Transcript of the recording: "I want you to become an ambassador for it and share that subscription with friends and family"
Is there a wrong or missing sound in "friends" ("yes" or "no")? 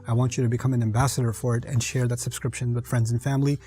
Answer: no